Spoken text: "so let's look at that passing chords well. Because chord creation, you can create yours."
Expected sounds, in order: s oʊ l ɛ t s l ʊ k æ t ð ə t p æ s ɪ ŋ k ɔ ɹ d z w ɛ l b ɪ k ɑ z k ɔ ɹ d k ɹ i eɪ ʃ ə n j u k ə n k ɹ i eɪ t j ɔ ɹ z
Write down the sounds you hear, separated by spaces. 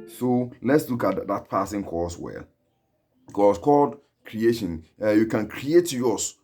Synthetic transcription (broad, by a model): s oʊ l ɛ t s l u k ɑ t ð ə t p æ s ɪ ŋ k ɔ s w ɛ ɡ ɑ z k ɔ l d k ɹ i eɪ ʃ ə n j u k ə n k ɹ i eɪ t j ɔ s